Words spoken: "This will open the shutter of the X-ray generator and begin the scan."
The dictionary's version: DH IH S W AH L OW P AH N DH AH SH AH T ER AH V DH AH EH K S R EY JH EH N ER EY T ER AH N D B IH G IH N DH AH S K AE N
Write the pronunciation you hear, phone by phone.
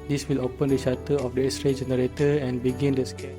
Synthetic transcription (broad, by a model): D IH S W AH L OW P AH N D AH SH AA T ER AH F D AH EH S R EY JH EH N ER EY T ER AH N B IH G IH N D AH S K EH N